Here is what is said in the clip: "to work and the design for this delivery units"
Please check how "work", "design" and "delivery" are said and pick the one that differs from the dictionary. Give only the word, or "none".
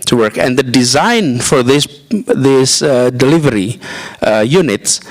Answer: none